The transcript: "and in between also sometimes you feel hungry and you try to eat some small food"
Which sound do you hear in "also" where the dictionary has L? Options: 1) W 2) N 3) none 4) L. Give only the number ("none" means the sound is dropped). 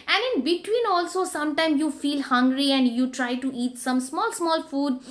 4